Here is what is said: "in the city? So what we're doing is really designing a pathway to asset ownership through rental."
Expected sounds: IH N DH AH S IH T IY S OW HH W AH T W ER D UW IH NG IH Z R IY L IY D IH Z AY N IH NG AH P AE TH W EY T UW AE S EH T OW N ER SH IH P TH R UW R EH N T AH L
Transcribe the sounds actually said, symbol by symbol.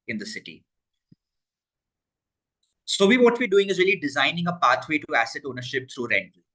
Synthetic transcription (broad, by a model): IH N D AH S IH T IY S OW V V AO T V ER D UW IH NG IH Z R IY L IY D IH Z AY N IH NG AH P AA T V EY T UW AE S EH T OW N ER SH IH P T R UW R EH N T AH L